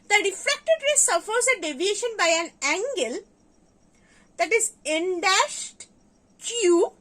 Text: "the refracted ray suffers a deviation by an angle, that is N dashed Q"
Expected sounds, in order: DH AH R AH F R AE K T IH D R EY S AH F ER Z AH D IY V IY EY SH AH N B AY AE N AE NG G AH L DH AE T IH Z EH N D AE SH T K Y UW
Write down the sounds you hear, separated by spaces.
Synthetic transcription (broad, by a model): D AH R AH F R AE K T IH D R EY S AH F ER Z AH D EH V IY EY SH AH N B AY AE N AE NG G AH L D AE T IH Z EH N D AE SH T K Y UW